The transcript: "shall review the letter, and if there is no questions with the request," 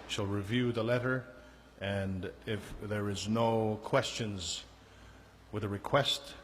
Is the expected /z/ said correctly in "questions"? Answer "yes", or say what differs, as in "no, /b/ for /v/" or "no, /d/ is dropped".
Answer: yes